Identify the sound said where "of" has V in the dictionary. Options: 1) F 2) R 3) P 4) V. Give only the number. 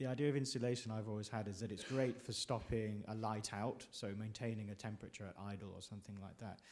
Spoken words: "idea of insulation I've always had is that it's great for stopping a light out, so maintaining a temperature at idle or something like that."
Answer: 4